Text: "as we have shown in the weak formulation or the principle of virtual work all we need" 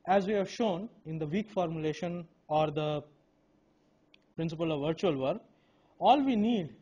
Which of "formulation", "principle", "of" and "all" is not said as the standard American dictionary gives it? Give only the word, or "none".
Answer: none